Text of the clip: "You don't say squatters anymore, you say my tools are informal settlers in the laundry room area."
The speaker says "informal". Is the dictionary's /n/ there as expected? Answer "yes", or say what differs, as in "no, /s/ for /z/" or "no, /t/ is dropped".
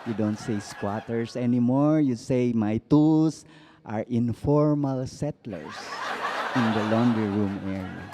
yes